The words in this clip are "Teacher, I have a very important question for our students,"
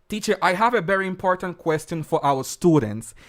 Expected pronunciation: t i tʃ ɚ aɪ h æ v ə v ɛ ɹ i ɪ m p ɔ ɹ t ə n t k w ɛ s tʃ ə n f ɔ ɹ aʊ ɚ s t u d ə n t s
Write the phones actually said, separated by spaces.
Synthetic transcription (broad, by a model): t i tʃ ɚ aɪ h æ v ə v ɛ ɹ i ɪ m p ɔ ɹ t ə n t k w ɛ s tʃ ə n f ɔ ɹ aʊ ɚ s t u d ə n t s